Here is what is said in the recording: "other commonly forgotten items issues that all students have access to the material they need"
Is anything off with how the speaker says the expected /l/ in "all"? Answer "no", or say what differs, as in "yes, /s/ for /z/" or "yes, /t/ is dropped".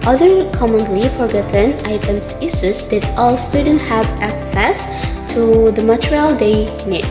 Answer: no